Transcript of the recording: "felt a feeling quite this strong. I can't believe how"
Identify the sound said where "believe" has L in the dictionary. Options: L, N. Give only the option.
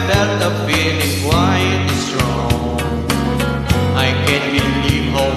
N